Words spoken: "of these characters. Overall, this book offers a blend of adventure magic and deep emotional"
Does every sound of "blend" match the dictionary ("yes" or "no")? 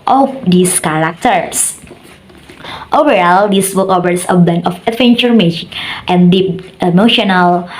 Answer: no